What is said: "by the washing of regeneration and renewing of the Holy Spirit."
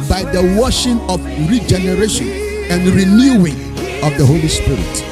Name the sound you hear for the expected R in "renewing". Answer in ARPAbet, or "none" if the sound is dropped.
R